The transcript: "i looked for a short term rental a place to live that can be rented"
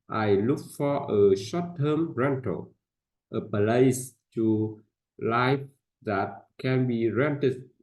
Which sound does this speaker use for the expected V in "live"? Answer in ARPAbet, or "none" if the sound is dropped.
F